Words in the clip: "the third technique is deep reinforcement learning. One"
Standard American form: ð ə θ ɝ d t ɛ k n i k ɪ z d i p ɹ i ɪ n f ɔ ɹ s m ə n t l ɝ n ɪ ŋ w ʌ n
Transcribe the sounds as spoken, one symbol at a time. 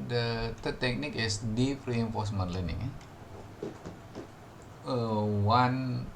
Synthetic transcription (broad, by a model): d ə t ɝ t ɛ k n i k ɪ s d i p ɹ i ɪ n f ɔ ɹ s m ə n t l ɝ n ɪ ŋ w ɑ n